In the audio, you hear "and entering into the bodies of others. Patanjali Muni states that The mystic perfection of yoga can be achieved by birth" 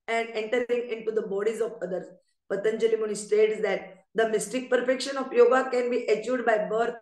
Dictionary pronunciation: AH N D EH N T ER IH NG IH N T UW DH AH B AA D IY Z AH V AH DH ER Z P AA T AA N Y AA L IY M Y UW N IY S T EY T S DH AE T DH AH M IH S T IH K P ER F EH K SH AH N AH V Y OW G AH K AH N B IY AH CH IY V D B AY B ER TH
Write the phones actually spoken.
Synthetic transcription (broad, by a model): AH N D EH N T ER IH NG IH N T UW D AH B AA D IY Z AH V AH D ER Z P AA T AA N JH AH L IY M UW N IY S T EY T S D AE T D AH M IH S T IH K P ER F EH K SH AH N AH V Y OW G AH K AH N B IY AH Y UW D B AY B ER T